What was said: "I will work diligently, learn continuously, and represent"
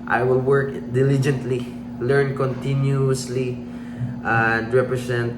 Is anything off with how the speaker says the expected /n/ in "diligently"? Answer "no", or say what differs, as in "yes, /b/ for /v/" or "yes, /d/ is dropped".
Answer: no